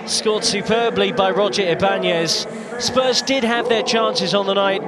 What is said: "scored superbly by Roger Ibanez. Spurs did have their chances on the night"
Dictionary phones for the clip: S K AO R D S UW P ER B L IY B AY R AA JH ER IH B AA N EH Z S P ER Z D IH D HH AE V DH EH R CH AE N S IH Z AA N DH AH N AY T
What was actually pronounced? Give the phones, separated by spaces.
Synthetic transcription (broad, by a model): S K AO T S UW P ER B L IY B AY R AA JH ER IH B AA N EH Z S P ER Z D IH D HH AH V DH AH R CH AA N S IH Z N DH AH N AY T